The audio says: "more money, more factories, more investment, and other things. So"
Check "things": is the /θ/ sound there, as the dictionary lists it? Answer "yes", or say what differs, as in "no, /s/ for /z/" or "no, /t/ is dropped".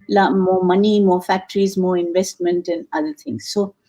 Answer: no, /t/ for /θ/